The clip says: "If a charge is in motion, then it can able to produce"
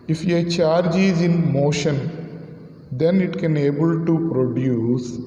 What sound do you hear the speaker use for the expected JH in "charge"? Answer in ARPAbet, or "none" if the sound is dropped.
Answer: JH